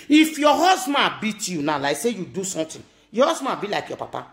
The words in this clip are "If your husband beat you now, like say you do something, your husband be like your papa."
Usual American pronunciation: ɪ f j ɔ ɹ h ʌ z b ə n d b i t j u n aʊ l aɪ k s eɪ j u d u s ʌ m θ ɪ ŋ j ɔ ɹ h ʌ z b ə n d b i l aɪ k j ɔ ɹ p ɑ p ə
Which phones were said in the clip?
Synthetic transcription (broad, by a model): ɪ f j ɔ h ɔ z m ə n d b i t j u n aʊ l aɪ s eɪ j u d u s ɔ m t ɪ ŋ j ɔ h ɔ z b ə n b i l aɪ k j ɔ p ɑ p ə